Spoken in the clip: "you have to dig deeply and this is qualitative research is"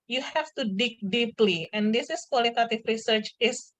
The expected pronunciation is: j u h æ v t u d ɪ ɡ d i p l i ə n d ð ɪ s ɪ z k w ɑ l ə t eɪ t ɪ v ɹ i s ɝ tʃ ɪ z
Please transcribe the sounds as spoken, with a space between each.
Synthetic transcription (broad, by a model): j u h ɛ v t u d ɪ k d i p l i ə n d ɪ s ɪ s k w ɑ l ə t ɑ t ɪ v ɹ i s ɝ tʃ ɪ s